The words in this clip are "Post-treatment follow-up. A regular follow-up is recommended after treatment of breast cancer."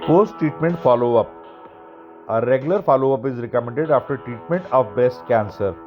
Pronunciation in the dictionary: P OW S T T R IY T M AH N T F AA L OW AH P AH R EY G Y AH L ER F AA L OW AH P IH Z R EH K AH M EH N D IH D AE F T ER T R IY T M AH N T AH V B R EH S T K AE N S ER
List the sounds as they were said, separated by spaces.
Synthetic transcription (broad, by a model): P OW S T T R IY T M AH N T F AA L OW AH P AH R EY G Y AH L ER F AA L OW AH P IH Z R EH K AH M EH N D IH D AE F T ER T R IY T M AH N T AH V B EH S T K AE N S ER